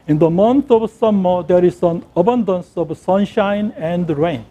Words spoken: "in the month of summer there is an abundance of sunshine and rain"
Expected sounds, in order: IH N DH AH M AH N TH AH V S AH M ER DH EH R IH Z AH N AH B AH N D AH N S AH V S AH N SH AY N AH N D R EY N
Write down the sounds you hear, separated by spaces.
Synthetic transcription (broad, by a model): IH N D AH M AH N T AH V S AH M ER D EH R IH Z AH N AH B AH N D AH N S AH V S AH N SH AY N AH N D R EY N